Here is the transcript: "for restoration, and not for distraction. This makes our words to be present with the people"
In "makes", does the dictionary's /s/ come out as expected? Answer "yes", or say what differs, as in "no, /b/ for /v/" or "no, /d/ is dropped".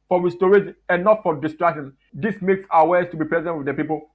yes